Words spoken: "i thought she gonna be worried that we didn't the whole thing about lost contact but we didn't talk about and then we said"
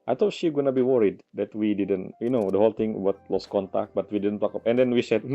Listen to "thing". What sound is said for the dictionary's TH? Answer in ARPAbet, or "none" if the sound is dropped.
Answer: T